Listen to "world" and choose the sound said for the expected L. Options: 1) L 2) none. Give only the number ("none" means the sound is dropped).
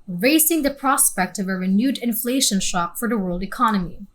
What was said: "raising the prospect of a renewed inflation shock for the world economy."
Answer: 1